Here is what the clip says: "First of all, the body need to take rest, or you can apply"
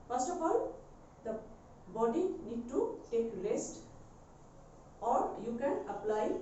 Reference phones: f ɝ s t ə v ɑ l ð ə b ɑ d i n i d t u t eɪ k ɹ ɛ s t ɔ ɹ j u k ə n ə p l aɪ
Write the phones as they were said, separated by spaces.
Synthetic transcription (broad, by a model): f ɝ s t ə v ɑ l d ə b ɑ d i n i d t u t eɪ k l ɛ s t ɔ ɹ j u k ə n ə p l aɪ